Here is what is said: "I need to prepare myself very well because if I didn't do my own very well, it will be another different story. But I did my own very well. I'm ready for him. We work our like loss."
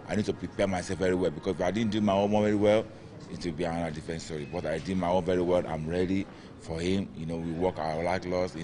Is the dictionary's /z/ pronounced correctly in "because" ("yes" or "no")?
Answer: no